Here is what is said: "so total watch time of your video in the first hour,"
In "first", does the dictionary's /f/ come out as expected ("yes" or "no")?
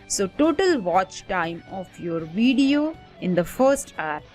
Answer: yes